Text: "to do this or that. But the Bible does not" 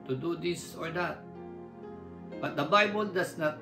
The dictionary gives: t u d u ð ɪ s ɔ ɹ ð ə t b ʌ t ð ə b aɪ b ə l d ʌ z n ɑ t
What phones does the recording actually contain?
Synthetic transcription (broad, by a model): t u d u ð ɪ s ɔ ɹ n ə t b ʌ t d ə b aɪ b ə l d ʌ s n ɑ t